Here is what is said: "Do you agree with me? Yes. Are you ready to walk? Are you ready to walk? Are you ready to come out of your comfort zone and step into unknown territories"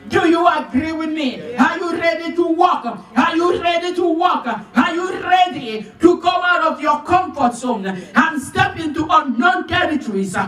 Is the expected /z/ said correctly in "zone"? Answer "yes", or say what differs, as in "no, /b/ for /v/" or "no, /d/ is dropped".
no, /s/ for /z/